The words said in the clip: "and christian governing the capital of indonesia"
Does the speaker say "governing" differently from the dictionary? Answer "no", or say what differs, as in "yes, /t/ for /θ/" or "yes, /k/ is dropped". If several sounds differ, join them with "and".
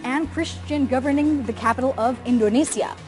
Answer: no